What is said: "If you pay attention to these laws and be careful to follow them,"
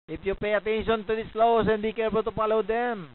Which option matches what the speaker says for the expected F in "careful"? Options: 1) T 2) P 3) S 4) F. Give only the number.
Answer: 2